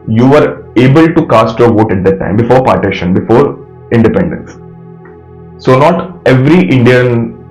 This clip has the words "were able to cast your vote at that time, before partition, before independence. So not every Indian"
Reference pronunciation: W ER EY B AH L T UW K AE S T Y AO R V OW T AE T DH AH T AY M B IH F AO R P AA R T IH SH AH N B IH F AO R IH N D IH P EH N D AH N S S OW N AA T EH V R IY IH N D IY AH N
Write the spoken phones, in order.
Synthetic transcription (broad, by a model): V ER EY B AH L T UW K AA S T Y AO R V OW T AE T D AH T AY M B IH F AO R P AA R T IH SH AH N B IH F AO R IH N D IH P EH N D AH N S S OW N AA T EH V R IY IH N D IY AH N